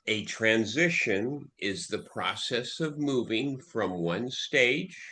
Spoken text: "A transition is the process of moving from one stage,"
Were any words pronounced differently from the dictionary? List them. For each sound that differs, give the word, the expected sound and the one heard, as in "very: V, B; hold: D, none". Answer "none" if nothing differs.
none